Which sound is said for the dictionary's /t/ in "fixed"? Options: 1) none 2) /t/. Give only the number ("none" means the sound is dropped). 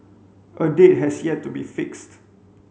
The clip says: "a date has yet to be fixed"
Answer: 2